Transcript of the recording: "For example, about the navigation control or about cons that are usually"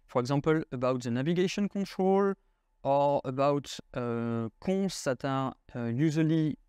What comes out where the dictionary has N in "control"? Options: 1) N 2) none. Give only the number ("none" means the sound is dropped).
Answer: 2